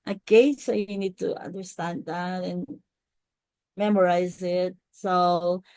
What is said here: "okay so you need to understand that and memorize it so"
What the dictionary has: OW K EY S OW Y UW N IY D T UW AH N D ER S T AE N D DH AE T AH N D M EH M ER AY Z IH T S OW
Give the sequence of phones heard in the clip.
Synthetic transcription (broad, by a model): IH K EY S OW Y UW N IY D T UW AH N D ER S T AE N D DH AE T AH N M EH M ER AY Z IH T S OW